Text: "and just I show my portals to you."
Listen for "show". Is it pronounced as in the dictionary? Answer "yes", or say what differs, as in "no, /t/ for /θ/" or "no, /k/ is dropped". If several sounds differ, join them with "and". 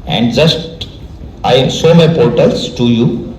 no, /s/ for /ʃ/